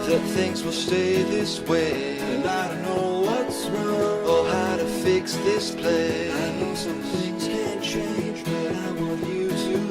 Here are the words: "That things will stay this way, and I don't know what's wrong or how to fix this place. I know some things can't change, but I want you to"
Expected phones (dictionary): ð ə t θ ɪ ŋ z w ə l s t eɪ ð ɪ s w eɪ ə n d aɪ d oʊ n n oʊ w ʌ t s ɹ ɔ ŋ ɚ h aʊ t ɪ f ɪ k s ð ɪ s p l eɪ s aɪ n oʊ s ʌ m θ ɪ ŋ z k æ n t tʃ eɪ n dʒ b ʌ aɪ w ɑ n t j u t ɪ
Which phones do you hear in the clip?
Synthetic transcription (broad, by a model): ð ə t θ ɪ ŋ z w ə l s t eɪ ð ɪ s w eɪ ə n aɪ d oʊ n n oʊ w ʌ t s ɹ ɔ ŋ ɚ h aʊ t ɪ f ɪ k s ð ɪ s p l eɪ ɪ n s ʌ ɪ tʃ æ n tʃ eɪ n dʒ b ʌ aɪ w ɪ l j u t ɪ